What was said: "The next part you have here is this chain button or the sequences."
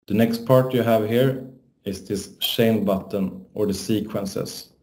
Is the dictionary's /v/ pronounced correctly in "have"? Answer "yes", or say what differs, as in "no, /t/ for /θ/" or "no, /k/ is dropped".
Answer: yes